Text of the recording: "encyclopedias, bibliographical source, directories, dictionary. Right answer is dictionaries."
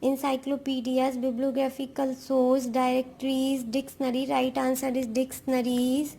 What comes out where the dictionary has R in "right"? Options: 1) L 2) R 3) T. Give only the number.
2